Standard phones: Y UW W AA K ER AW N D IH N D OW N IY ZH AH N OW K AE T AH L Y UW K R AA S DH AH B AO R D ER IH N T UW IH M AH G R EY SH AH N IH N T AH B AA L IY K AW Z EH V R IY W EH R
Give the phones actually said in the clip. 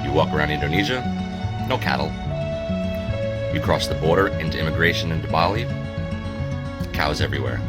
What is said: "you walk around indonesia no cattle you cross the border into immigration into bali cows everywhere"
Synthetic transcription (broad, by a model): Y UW W AA K ER AW N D IH N D OW N IY ZH AH N OW K AE T L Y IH K R AA S DH AH B AO R D ER IH N T UW IH M AH G R EY SH AH N IH N T AH B AA L IY K AW Z EH V R IY W EH R